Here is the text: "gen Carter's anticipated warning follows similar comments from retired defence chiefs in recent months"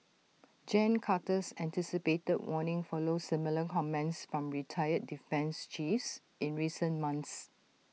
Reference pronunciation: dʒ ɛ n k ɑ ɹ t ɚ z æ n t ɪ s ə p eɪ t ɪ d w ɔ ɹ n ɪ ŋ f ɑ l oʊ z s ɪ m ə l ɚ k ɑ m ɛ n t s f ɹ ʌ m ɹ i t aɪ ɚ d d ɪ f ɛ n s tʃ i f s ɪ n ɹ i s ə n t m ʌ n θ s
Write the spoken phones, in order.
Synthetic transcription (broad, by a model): dʒ ɛ n k ɑ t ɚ s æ n t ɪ s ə p eɪ t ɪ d w ɔ n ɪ ŋ f ɑ l oʊ s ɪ m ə l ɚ k ɑ m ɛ n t s f ɹ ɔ m ɹ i t aɪ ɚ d d ɪ f ɛ n s tʃ i f s ɪ n ɹ i s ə n m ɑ n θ s